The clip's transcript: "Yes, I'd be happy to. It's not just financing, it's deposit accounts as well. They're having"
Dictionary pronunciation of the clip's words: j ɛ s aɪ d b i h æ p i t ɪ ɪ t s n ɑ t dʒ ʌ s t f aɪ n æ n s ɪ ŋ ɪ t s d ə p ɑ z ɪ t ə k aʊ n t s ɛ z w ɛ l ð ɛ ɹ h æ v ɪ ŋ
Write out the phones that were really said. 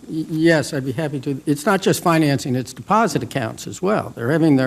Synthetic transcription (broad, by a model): j ɛ s aɪ d b i h æ p i t ɪ ɪ t s n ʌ t dʒ ʌ s t f aɪ n æ n s ɪ ŋ ɪ t s d ə p ɑ z ɪ t ə k aʊ n t s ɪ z w ɛ l ð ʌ ɹ h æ v ɪ ŋ